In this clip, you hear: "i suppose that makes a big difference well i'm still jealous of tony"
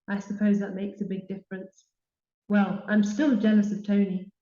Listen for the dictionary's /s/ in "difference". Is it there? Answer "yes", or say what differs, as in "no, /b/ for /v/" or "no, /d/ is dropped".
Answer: yes